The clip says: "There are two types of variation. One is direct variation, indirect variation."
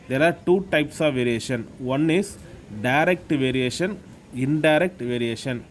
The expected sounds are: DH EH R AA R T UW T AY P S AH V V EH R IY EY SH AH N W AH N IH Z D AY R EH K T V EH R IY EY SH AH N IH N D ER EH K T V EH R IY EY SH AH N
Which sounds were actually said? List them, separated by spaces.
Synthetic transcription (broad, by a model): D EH R AA R T UW T AY P S AH V V EH R IY EY SH AH N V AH N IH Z D AY R EH K T V EH R IY EY SH AH N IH N D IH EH K T V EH R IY EY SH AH N